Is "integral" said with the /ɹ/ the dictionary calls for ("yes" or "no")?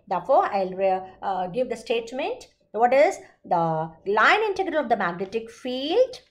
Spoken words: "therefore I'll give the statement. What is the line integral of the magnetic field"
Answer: yes